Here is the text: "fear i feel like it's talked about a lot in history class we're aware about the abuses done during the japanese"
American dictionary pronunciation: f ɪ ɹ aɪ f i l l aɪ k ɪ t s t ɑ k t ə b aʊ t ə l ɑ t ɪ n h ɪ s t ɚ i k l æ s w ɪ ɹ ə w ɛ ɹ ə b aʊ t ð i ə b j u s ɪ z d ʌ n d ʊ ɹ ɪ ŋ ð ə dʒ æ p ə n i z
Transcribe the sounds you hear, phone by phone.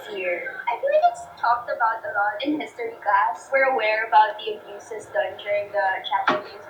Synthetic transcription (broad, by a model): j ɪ ɹ aɪ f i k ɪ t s t ɑ k t ə b aʊ t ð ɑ ɪ n h ɪ s t ɚ i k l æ s w ɪ ɹ ə w ɛ ɹ ə b aʊ t ð i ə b j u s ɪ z d ʌ n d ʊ ɹ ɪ ŋ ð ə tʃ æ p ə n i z